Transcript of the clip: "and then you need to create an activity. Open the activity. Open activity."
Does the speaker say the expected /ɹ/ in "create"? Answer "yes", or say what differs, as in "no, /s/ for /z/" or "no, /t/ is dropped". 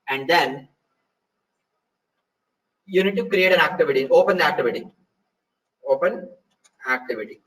yes